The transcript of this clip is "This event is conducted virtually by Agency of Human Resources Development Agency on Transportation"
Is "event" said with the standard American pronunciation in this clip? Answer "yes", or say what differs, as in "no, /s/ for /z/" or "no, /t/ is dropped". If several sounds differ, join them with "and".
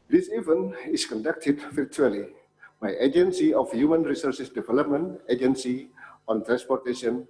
no, /t/ is dropped